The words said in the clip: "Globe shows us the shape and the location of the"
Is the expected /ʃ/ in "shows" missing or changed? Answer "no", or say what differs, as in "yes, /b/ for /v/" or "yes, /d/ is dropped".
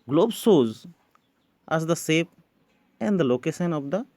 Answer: yes, /s/ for /ʃ/